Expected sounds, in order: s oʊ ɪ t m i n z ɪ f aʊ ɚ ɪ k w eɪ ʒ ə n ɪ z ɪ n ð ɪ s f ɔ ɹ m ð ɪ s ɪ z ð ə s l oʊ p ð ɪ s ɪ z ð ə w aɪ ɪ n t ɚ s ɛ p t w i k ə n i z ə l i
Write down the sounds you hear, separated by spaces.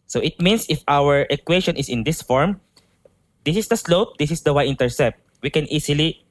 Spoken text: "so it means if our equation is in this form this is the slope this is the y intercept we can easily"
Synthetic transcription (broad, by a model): s oʊ ɪ t m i n s ɪ f aʊ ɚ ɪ k w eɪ ʃ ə n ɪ s ɪ n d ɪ s f ɔ ɹ m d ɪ s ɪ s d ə s l oʊ p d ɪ s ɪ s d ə w aɪ ɪ n t ɚ s ɛ p t w i k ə n i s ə l i